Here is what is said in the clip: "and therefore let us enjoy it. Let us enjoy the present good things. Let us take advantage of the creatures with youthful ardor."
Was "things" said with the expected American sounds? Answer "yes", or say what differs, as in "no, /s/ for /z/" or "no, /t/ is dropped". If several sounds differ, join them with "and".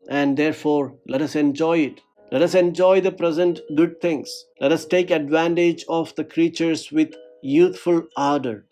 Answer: no, /t/ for /θ/